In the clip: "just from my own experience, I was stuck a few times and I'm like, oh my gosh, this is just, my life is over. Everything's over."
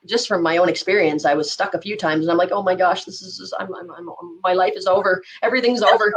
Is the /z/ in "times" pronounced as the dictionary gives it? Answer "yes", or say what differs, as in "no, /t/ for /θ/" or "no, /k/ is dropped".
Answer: yes